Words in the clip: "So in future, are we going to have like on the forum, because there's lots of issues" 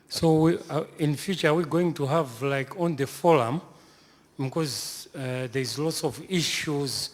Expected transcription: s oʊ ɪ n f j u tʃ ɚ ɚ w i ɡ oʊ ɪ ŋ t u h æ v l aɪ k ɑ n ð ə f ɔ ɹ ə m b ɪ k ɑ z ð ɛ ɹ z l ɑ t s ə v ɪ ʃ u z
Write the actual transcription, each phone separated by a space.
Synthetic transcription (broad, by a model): s oʊ ɪ n f j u tʃ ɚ ɚ w i ɡ oʊ ɪ ŋ t u h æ v l aɪ k ɑ n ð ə f ɔ ɹ ə m b ɪ k ɑ z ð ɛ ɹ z l ɑ t s ə v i ʃ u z